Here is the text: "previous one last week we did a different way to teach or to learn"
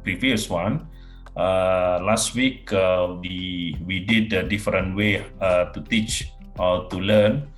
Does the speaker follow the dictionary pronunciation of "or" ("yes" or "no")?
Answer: no